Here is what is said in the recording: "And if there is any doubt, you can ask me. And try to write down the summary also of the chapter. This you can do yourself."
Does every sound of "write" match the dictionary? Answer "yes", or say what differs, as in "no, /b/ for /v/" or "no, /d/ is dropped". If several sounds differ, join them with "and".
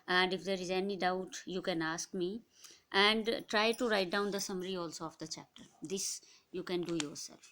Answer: yes